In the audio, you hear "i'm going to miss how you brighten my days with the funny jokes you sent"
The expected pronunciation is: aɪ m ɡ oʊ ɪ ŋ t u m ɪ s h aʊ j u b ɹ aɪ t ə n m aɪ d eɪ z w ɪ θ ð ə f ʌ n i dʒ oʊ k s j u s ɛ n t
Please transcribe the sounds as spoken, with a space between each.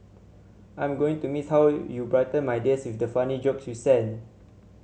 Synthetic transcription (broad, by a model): aɪ m ɡ oʊ ɪ ŋ t u m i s h aʊ j u b ɹ aɪ t ə n m aɪ d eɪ s w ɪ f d ə f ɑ n i dʒ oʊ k s j u s ɛ n